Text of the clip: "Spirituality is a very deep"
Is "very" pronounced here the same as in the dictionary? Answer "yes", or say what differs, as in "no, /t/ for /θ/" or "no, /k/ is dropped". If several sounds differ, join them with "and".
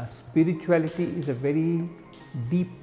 yes